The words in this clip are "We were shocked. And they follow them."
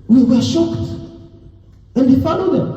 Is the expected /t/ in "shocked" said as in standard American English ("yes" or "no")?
yes